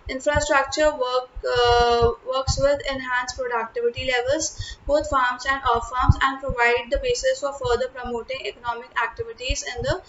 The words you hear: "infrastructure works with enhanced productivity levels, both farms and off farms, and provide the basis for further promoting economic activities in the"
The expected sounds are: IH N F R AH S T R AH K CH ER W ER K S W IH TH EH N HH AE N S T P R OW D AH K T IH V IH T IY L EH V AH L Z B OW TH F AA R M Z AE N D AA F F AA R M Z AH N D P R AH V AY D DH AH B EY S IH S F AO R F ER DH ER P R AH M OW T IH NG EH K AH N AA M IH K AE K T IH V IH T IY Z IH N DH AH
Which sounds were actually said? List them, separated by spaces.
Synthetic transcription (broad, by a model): IH N F R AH S T R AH K CH ER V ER K S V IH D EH N HH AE N S P R OW D AH K T IH V IH T IY L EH V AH L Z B OW T F AA R M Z AE N D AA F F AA R M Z AH N D P R AH V AY D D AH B EY S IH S F AO R F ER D ER P R AH M OW T IH NG EH K AH N AA M IH K AE K T IH V IH T IY Z IH N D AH